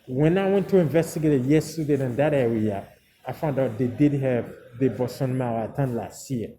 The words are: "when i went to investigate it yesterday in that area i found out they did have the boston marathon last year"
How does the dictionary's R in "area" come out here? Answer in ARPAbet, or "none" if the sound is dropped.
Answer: W